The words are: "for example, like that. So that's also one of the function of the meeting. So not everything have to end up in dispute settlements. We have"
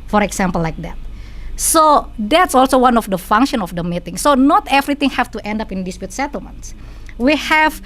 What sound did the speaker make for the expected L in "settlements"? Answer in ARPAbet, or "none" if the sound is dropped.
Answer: L